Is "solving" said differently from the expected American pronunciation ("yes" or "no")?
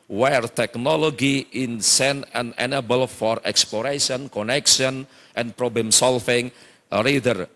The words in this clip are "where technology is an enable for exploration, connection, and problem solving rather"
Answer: yes